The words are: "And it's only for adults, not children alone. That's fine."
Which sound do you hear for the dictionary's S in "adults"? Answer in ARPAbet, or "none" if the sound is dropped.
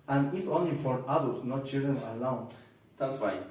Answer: none